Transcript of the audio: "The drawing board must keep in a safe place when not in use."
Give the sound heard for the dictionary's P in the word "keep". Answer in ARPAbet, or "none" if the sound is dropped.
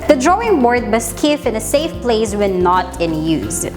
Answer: F